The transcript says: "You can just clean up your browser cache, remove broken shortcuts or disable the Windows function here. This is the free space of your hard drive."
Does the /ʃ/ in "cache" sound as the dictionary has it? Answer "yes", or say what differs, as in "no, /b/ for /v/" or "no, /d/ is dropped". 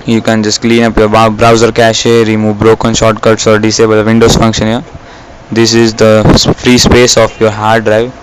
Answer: yes